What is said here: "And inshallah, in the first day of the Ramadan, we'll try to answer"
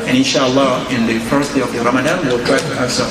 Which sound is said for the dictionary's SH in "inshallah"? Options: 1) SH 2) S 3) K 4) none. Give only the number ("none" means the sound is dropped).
1